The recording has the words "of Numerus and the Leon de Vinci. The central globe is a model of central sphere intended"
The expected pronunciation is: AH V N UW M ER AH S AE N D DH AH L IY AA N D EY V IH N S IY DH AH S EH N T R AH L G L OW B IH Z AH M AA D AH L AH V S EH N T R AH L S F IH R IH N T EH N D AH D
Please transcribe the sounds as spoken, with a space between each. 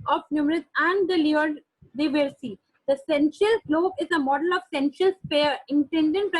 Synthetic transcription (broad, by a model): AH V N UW M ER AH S AE N D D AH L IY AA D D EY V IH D S IY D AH S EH N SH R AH L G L OW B IH Z AH M AA D AH L AH V S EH N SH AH L S P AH R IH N T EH N D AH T